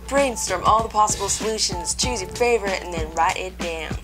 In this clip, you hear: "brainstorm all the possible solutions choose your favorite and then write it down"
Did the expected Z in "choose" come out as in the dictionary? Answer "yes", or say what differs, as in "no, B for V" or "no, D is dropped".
yes